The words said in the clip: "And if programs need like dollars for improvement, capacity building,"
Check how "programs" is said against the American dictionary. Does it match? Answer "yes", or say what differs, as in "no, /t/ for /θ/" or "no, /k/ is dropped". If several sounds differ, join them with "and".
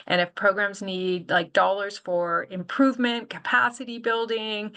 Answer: yes